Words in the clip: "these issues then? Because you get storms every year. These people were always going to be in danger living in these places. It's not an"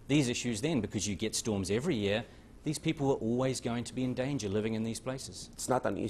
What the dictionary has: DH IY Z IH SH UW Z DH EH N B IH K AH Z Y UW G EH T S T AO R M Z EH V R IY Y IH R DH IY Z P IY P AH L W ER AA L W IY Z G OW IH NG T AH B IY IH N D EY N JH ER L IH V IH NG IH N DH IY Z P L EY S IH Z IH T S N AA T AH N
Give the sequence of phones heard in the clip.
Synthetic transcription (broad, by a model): DH IY Z IH SH UW Z DH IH N B IH K AH Z Y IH G EH T S T AO R M Z EH V R IY Y IH R DH IY Z P IY P L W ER AA L W IY Z G OW IH NG T AH B IY IH N D EY N JH ER L IH V IH NG IH N DH IY Z P L EY S IH Z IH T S N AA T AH N